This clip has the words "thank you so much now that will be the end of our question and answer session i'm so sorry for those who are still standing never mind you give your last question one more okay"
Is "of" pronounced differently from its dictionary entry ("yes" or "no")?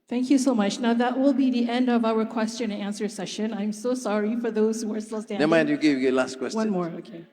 no